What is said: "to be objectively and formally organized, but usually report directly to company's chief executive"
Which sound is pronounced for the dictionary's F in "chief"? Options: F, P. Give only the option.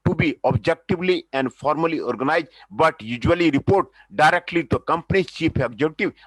P